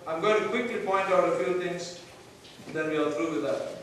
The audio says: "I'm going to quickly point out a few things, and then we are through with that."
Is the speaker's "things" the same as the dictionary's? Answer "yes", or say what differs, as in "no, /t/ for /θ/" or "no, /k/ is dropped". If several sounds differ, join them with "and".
no, /t/ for /θ/